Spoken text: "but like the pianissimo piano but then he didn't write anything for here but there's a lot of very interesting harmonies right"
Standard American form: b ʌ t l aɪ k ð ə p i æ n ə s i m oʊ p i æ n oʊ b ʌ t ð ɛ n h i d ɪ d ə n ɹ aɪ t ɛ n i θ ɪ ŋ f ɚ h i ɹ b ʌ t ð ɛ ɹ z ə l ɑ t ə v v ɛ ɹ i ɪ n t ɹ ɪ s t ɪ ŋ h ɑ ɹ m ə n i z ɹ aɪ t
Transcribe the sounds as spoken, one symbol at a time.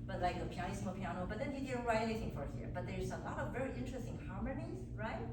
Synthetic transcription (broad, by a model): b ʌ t l aɪ k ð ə p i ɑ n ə s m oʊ p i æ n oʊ b ʌ t ð ɛ n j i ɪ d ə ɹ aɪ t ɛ i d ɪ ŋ f ɚ h i ɹ b ʌ t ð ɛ ɹ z ə l ɑ t ə v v ɛ ɹ i ɪ n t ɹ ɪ s t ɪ ŋ h ɑ ɹ m ə n i z ɹ aɪ t